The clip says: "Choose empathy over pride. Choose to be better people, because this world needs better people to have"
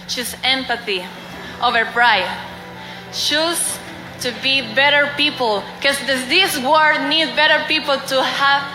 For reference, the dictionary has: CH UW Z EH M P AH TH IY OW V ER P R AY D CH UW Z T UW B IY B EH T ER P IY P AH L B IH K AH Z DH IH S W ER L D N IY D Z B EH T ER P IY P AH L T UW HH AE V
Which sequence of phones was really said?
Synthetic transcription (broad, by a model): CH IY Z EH M P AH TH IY OW V ER P R AY D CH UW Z T UW B IY B EH T ER P IY P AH L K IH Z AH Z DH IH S W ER D N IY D B EH T ER P IY P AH L T UW HH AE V